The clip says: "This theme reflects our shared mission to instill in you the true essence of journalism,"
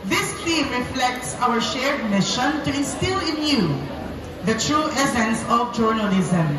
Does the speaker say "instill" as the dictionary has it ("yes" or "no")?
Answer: no